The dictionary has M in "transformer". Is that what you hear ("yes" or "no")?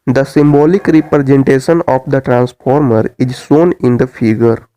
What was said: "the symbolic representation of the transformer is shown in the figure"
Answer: yes